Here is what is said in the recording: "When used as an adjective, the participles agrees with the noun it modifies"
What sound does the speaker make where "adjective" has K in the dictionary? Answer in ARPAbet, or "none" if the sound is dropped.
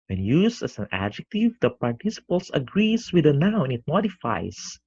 K